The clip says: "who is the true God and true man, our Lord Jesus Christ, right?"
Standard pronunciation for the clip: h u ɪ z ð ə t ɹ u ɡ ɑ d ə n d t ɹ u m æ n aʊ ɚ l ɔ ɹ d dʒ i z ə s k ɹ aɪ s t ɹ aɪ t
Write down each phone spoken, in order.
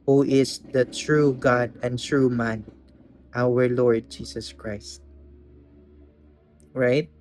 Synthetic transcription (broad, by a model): h u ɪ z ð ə t ɹ u ɡ ɑ d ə n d t ɹ u m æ n aʊ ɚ l ɔ ɹ d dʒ i s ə s k ɹ aɪ s t ɹ aɪ t